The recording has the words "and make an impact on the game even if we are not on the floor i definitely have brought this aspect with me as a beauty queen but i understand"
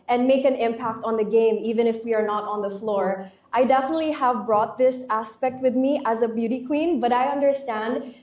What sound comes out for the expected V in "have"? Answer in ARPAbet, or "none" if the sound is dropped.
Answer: V